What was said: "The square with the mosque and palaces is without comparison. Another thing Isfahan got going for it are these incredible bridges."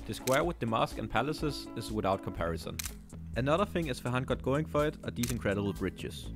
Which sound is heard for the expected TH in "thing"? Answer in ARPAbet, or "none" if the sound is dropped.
TH